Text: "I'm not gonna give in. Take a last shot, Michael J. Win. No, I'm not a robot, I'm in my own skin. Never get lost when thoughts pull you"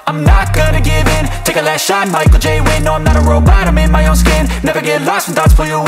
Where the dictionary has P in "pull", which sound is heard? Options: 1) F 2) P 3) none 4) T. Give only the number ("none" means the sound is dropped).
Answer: 1